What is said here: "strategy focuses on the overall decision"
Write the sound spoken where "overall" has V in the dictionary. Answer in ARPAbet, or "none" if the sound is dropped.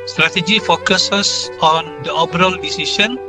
B